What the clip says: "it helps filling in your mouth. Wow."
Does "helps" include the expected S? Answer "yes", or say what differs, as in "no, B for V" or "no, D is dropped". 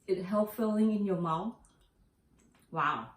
no, S is dropped